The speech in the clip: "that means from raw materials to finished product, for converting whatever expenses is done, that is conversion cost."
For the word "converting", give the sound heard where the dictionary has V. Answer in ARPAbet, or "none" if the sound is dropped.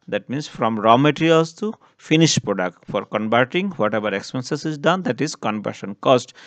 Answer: B